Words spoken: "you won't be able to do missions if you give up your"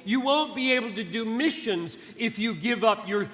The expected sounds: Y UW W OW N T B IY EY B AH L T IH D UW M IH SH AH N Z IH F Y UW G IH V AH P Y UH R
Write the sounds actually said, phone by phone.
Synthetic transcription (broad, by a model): Y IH W OW N B IY EY B L T IH D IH M IH SH AH N Z IH F Y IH G IH V AH P Y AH R